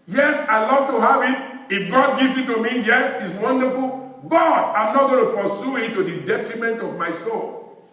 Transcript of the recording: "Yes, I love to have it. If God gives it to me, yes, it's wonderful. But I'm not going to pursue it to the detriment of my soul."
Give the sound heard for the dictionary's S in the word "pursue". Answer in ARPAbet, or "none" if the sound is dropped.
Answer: S